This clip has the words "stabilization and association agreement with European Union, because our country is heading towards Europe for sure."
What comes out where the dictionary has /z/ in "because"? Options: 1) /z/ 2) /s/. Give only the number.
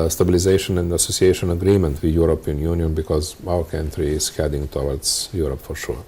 1